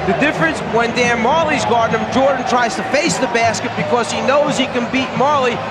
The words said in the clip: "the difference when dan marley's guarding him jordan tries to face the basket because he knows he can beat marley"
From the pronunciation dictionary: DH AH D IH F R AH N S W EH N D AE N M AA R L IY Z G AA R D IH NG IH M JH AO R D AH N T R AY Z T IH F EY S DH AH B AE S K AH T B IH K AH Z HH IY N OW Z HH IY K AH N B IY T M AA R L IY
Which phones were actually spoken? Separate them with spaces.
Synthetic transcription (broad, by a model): DH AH D IH F R AH N S W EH N D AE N M AA R L IY Z G AA R D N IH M JH AO R D N T R AY Z T IH F EY S DH AH B AE S K AH T B IH K AH Z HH IY N OW Z HH IY K AH N B IY T M AA R L IY